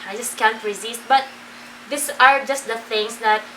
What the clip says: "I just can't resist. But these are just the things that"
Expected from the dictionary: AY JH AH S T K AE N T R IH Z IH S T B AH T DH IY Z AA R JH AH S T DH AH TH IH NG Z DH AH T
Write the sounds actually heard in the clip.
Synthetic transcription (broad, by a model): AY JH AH S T K AE N T R IH Z IH S T B AH T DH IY S AA R JH AH S T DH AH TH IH NG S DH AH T